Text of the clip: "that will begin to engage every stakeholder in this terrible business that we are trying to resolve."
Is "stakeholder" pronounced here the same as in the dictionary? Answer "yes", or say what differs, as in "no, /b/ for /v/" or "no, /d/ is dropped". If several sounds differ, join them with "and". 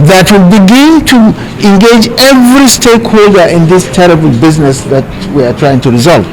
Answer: yes